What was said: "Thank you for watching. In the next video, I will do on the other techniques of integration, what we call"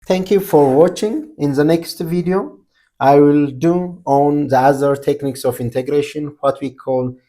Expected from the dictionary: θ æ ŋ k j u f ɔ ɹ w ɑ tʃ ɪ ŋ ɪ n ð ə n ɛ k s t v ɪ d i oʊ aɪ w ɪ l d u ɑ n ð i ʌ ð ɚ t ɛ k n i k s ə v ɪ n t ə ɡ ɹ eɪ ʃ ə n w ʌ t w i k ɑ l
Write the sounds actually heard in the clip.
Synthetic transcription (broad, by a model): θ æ ŋ k j u f ɔ ɹ w ɑ tʃ ɪ ŋ ɪ n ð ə n ɛ k s t v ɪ d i oʊ aɪ w ɪ l d u ɑ n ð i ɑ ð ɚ t ɛ k n i k s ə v ɪ n t ə ɡ ɹ eɪ ʃ ə n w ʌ t w i k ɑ l